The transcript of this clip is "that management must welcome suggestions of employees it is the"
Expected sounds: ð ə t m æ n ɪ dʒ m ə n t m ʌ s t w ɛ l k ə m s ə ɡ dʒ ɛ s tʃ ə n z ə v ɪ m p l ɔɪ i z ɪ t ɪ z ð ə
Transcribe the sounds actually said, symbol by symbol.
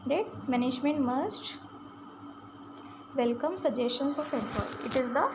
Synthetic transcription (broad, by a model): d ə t m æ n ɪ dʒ m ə n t m ʌ s t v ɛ l k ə m s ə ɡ dʒ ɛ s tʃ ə n s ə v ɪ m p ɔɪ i ɪ t ɪ z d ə